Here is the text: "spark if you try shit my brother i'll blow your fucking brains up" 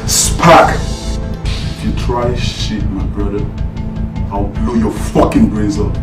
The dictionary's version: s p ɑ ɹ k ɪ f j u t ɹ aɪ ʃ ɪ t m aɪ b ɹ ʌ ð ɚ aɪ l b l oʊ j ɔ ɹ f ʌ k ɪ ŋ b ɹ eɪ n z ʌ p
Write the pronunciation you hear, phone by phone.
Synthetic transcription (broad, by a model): s p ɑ k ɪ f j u t ɹ aɪ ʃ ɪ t m aɪ b ɹ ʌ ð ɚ aɪ l b l oʊ j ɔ f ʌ k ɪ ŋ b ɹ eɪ z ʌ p